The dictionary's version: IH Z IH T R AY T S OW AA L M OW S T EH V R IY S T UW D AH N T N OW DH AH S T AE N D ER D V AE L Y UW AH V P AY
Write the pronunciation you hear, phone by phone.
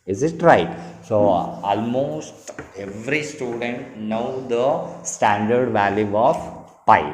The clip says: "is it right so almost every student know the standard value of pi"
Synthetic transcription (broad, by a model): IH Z IH T R AY T S OW AA L M OW S T EH V R IY S T UW D AH N T N OW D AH S T AE N D ER D V AE L Y UW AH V P AY